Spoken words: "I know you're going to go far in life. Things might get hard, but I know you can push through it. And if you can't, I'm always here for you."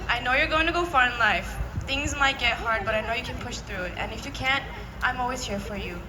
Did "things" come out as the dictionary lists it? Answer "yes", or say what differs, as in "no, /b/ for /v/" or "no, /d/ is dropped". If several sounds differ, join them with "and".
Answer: yes